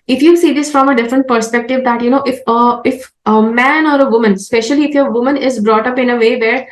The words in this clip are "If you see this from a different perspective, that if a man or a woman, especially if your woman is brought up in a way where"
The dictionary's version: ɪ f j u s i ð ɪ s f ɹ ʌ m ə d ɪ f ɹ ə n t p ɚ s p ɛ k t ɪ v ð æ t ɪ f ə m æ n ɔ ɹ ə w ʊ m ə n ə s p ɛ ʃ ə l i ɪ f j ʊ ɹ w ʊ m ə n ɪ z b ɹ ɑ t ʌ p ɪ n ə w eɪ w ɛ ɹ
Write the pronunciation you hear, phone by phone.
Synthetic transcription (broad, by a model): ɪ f j u s i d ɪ s f ɹ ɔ m ə d ɪ f ɹ ə n t p ɚ s p ɛ k t ɪ v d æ t ɪ f ə m æ n ɔ ɹ ə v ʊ m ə n s p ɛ ʃ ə l i ɪ f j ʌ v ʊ m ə n ɪ z b ɹ ɑ t ʌ p ɪ n ə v eɪ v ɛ ɹ